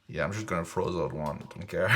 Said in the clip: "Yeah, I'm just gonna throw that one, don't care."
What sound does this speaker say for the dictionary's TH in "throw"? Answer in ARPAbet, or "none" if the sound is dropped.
F